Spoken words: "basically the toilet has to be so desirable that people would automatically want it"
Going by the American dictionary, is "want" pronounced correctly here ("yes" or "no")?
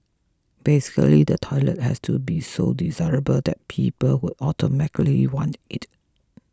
yes